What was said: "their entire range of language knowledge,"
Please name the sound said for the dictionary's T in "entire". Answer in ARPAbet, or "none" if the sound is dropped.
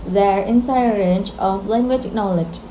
S